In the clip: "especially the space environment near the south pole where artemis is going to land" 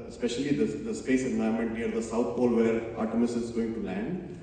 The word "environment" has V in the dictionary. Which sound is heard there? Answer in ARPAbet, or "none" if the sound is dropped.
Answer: none